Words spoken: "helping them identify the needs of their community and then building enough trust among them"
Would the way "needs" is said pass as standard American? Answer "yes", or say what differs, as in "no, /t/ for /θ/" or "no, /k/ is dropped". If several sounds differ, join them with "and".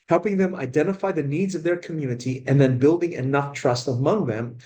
yes